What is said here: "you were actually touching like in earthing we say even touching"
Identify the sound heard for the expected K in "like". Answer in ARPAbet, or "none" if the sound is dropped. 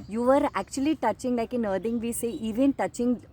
K